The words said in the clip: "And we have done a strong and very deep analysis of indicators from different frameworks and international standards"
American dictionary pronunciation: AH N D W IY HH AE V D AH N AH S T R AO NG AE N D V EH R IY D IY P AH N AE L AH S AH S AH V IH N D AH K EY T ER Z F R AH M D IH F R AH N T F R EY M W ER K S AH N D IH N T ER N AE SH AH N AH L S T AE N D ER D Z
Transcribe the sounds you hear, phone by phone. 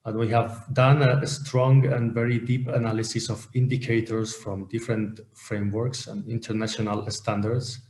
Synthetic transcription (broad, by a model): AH N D W IY HH AE V D AH N AH S T R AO NG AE N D V EH R IY D IY P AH N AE L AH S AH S AH V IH N D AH K EY T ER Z F R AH M D IH F R AH N T F R EY M W ER K S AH N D IH N T ER N AE SH AH N AH L S T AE N D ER D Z